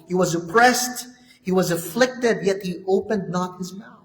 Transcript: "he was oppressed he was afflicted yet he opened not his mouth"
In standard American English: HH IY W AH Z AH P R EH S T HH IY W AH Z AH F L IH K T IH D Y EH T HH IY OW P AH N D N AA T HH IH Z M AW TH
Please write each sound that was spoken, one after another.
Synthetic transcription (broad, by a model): HH IY W AH Z AH P R EH S T HH IY W AH Z AH F L IH K T IH D Y EH T HH IY OW P AH N D N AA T HH IH Z M AW